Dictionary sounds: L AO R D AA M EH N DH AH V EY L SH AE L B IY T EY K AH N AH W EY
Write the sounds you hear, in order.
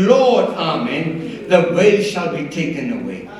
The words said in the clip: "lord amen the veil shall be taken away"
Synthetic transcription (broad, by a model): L AO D AA M EH N DH AH W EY SH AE L B IY T EY K AH N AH W EY